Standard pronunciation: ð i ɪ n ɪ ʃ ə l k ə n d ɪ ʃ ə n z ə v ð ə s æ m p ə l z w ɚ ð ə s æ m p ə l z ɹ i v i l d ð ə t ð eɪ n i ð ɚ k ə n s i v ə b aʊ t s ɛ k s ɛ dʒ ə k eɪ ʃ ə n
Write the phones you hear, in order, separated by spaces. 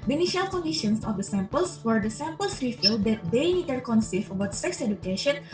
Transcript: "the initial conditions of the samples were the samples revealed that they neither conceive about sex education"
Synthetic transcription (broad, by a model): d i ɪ n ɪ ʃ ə l k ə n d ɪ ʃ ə n s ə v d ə s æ m p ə l s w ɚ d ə s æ m p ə l s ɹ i f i l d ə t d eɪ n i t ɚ k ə n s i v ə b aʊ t s ɛ k s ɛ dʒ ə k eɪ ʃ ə n